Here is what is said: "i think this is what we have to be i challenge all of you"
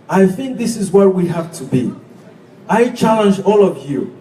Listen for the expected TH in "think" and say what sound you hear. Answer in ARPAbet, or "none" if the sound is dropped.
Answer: TH